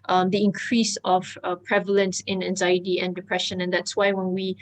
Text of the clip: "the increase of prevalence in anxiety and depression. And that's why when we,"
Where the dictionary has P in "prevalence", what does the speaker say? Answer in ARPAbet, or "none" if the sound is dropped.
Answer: P